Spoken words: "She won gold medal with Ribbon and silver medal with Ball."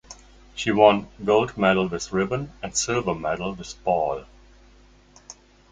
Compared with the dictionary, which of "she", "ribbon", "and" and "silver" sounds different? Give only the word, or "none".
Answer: silver